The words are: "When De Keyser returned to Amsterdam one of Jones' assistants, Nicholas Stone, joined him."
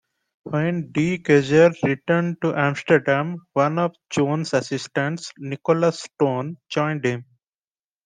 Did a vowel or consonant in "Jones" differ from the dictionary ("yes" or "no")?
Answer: yes